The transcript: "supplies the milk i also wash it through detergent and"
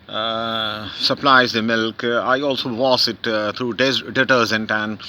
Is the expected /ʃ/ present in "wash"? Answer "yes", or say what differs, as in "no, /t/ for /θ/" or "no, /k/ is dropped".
no, /s/ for /ʃ/